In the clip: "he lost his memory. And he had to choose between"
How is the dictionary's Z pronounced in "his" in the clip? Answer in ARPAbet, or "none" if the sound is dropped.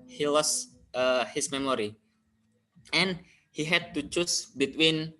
S